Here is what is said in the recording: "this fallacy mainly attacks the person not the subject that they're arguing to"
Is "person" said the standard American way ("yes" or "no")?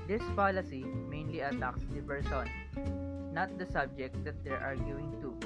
no